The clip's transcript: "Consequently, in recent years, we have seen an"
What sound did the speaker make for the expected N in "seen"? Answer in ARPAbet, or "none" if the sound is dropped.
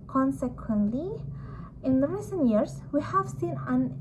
N